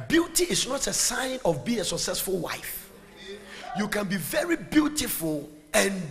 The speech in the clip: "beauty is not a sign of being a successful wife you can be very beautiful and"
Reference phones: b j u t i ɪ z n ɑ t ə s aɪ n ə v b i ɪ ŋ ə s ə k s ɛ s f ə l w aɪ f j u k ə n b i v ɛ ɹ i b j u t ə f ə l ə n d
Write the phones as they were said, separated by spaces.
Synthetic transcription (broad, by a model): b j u t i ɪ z n ɑ t ə s aɪ n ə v b i ɪ ŋ ə s ə k s ɛ s f ə l w aɪ f j u k ə n b i v ɛ ɹ i b j u t ə f ə l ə n